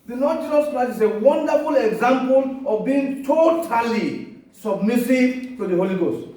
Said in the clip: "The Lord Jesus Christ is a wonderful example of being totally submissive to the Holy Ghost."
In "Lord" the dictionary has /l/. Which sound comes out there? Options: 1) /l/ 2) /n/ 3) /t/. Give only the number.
2